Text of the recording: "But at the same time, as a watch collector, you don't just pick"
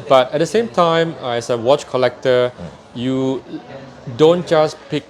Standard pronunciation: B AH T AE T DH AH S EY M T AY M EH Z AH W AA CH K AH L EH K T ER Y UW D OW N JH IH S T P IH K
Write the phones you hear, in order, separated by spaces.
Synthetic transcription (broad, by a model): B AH T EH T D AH S EY M T AY M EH S AH W AA CH K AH L EH K T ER Y UW D OW N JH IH S P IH K